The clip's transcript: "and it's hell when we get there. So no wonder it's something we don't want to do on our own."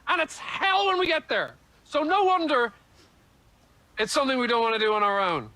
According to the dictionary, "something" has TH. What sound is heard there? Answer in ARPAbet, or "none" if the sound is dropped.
TH